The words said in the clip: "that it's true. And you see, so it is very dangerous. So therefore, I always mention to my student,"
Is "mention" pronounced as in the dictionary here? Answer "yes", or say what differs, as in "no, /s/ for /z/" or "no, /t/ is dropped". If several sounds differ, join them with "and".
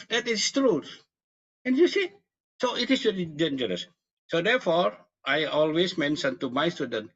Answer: no, /s/ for /ʃ/